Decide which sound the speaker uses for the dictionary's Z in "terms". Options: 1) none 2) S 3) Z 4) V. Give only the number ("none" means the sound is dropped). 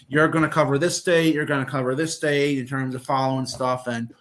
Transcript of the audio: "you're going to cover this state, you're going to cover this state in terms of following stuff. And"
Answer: 3